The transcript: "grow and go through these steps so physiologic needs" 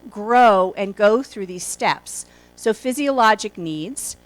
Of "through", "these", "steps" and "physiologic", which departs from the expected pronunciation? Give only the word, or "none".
none